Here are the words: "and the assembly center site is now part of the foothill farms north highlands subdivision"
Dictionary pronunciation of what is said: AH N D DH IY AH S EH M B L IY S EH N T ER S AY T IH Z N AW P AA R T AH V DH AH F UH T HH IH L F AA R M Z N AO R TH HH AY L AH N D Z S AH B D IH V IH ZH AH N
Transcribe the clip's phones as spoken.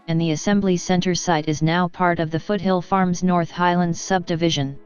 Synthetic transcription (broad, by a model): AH N DH IY AH S EH M B L IY S EH N T ER S AY T IH Z N AW P AA R T AH V DH AH F UH T HH IH L F AA R M Z N AO R TH HH AY L AH N D Z S AH B D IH V IH ZH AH N